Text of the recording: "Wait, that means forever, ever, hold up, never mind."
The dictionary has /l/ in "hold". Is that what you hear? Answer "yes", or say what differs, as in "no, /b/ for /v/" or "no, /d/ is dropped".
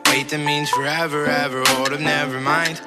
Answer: no, /l/ is dropped